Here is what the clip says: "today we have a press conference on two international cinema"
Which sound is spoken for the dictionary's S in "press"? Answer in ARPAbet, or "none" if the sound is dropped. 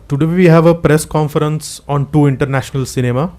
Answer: S